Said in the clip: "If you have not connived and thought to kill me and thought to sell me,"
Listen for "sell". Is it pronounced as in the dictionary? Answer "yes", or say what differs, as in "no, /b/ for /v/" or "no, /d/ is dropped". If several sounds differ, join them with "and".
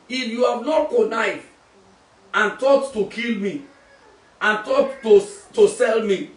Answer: yes